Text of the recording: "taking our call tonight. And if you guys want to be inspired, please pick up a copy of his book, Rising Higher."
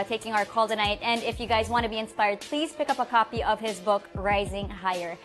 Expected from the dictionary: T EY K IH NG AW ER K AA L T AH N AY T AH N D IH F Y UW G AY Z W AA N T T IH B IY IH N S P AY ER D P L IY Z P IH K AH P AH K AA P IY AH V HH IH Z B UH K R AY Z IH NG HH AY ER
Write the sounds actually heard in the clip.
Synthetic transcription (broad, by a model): T EY K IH NG AW ER K AA L T AH N AY T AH N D IH F Y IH G AY Z W AA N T T IH B IY IH N S P AY ER D P L IY Z P IH K AH P AH K AA P IY AH V IH Z B UH K R AY Z IH NG HH AY ER